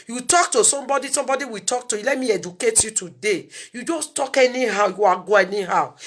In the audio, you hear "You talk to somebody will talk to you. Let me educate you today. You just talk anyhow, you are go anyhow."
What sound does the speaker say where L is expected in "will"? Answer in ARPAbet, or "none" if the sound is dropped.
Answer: W